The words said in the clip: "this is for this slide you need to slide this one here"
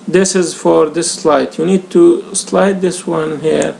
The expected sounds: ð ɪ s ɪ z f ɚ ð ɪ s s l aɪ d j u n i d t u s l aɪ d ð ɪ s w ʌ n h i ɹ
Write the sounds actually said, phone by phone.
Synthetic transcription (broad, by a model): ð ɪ s ɪ z f ɚ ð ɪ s s l aɪ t j u n i d t u s l aɪ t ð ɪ s w ʌ n h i ɹ